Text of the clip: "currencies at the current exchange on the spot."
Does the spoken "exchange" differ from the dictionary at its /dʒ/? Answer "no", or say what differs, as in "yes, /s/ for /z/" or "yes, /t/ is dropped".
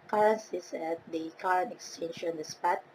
yes, /ʃ/ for /dʒ/